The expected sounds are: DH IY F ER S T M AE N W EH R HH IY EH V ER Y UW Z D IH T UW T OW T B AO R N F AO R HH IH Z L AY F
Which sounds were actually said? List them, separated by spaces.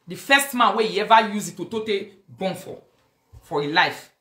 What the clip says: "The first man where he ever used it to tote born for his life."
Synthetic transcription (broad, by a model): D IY F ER S T M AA N W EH HH IY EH V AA Y UW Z IH T UW T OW T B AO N F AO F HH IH L AY F